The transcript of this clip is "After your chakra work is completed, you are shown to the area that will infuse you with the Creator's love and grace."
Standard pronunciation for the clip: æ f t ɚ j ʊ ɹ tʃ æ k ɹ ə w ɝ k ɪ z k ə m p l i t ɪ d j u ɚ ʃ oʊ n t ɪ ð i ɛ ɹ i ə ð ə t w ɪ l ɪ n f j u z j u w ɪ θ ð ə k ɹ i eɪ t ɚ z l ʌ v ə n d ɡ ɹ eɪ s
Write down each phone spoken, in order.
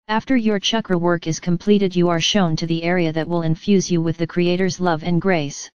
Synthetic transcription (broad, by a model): æ f t ɚ j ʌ ɹ tʃ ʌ k ɹ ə w ɝ k ɪ z k ə m p l i t ɪ d j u ɚ ʃ oʊ n t ɪ ð i ɛ ɹ i ə ð ə t w ɪ l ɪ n f j u z j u w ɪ ð ə k ɹ i eɪ t ɚ z l ʌ v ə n ɡ ɹ eɪ s